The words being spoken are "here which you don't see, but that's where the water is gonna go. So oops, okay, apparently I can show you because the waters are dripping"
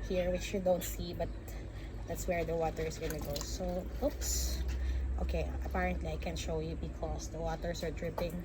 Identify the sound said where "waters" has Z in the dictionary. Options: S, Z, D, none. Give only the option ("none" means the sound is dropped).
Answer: S